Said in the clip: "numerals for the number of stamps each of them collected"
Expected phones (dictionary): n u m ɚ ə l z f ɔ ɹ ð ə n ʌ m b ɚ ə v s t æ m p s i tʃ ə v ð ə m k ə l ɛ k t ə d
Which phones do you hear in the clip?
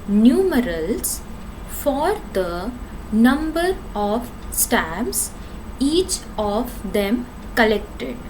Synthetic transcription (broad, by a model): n u m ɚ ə l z f ɔ ɹ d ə n ʌ m b ɚ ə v s t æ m s i tʃ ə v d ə m k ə l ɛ k t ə d